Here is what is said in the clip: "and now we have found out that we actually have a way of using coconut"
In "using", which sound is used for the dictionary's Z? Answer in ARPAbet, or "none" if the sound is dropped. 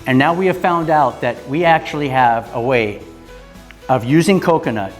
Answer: Z